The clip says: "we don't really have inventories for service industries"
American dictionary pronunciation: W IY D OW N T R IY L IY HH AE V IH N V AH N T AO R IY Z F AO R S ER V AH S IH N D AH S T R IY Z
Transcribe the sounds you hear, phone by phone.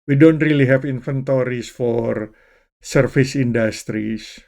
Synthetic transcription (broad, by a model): W IY D OW N T R IY L IY HH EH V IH N F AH N T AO R IY S F AO R S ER F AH S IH N D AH S T R IY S